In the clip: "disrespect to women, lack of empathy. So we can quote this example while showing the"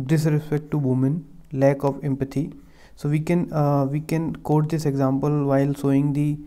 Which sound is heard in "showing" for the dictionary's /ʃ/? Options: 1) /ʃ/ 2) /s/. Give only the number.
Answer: 2